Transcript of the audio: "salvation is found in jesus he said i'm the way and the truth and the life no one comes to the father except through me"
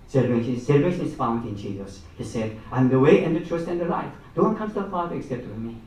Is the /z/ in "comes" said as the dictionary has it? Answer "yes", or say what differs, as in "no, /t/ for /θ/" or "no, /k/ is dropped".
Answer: no, /z/ is dropped